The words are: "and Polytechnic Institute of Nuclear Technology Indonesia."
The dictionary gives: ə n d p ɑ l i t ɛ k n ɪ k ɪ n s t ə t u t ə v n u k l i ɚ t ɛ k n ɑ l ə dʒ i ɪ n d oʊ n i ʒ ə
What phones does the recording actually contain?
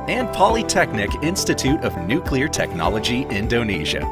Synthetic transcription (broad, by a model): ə n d p ɑ l i t ɛ k n ɪ k ɪ n s t ə t u t ə v n u k l i ɚ t ɛ k n ɑ l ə dʒ i ɪ n d oʊ n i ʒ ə